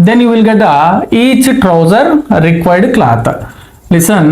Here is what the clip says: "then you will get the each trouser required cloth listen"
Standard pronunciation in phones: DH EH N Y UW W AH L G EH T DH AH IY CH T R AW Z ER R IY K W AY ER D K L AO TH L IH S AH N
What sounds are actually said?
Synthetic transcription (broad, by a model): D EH N Y UW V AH L G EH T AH IY CH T R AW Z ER R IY K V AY D K L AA T L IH S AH N